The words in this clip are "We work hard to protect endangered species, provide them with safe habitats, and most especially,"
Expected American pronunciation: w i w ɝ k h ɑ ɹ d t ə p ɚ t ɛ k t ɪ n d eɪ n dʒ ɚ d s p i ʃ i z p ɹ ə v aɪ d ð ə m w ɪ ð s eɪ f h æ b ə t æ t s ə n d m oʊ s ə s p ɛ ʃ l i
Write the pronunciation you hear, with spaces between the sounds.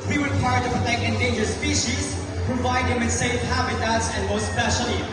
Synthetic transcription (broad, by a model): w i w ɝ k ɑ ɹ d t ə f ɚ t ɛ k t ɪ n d eɪ n dʒ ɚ s p i ʃ i z p ɹ ə v aɪ d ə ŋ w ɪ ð s eɪ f h æ b ə t æ t s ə n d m oʊ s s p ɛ ʃ l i